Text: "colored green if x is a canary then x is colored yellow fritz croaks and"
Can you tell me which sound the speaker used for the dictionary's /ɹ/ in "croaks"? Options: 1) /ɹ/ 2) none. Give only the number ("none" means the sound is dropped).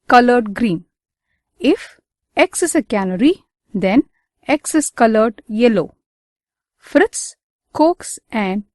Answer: 2